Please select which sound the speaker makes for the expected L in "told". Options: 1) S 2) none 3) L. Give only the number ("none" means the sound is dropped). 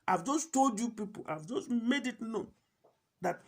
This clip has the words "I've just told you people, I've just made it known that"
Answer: 3